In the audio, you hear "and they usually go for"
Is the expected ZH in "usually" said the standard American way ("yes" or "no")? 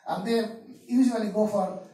no